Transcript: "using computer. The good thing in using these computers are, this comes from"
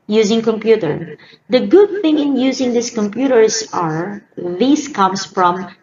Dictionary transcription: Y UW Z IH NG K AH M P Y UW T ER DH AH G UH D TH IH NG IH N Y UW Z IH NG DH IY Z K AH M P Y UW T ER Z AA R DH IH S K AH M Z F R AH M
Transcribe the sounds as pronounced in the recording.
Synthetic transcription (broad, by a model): Y UW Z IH NG K AH M P Y UW T ER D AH G UH D TH IH NG IH N Y UW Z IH NG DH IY S K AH M P Y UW T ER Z AA R DH IH S K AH M S F R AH M